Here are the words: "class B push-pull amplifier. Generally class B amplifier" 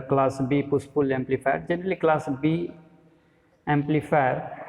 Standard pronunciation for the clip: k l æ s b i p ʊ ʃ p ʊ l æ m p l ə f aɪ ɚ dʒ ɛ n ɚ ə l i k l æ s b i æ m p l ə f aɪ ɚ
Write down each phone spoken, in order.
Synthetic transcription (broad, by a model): k l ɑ s b i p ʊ s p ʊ l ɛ m p l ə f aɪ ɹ dʒ ɛ n ɚ ə l i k l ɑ s b i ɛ m p l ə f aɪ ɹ